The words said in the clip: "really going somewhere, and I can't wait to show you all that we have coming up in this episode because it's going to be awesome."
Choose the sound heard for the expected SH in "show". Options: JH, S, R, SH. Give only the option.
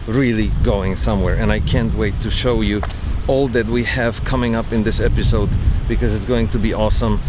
SH